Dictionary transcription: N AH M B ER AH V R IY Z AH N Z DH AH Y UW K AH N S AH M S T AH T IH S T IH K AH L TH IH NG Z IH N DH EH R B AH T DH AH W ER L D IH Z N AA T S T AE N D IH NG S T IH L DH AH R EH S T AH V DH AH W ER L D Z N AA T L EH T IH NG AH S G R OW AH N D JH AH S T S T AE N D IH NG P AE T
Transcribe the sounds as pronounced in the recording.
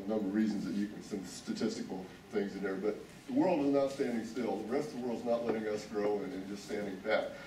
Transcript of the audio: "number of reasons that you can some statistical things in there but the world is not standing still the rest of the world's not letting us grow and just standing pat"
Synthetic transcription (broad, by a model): N AH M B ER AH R R IY Z N Z DH AH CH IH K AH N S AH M S T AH T IH S T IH K L TH IH NG Z IH N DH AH R B AH T DH AH W ER L D IH Z N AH T S T AE N D IH NG S T IH L DH AH R EH S T AH V DH AH W ER L D Z N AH T L EH T IH NG AH S G R OW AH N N JH AH S T S T AE N D IH NG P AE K